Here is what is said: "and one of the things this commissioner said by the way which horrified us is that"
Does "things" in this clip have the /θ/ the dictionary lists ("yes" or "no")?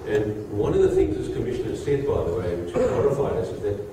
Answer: yes